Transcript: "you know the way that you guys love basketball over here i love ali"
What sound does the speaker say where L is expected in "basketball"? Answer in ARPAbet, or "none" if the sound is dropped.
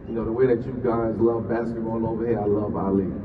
N